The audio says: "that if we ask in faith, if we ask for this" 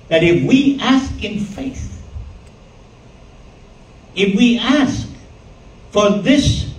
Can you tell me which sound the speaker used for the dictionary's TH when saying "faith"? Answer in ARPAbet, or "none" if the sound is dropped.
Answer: TH